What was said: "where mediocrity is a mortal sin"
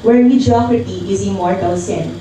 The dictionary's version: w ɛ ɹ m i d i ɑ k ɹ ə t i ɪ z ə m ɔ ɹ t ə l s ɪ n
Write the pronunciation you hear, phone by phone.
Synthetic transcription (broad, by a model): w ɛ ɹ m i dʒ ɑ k ə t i ɪ z ə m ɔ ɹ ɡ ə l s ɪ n